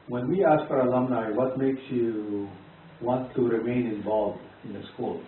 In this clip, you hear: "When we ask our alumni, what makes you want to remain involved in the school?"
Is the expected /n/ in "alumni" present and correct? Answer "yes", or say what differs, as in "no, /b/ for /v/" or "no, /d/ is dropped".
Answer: yes